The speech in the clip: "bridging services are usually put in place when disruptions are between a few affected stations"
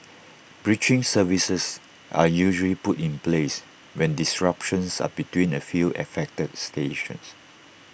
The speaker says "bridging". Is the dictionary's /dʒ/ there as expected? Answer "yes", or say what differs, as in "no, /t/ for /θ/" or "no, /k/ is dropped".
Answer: no, /tʃ/ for /dʒ/